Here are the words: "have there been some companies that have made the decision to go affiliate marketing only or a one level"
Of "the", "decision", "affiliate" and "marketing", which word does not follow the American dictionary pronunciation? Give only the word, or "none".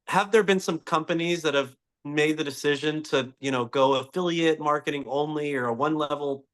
none